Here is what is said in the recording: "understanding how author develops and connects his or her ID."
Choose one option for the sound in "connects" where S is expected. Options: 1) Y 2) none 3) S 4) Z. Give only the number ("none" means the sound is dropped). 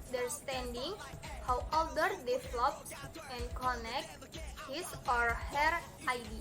2